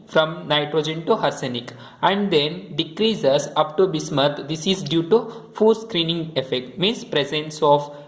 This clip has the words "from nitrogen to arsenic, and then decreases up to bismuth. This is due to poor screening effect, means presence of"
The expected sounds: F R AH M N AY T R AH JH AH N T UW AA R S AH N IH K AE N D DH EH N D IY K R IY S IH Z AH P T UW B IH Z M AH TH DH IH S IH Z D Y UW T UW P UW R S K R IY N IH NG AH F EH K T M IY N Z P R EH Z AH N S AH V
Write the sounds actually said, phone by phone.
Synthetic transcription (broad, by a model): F R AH M N AY T R AH JH AH N T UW AA R S AH N IH K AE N D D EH N D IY K R IY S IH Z AH P T UW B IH S M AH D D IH S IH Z D Y UW T UW F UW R S K R IY N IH NG AH F EH K T M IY N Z P R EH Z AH N S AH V